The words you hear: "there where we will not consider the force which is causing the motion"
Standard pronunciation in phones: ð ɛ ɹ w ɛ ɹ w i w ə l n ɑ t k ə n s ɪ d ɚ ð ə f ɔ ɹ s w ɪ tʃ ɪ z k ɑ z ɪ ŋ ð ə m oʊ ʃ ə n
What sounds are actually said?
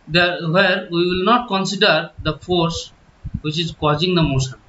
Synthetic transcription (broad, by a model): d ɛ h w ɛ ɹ w i w ə l n ɑ t k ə n s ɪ d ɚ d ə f ɔ ɹ s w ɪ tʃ ɪ z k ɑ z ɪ ŋ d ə m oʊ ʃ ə n